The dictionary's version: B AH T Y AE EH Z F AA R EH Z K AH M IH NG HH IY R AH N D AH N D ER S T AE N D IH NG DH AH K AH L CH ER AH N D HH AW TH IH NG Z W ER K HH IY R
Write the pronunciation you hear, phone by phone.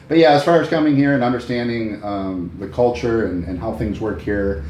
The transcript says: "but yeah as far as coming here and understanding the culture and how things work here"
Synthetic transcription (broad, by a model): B AH T Y AE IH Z F AA R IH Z K AH M IH NG HH IY R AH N AH N D ER S T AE N D IH NG DH AH K AH L CH ER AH N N HH AW TH IH NG Z W ER K HH IY R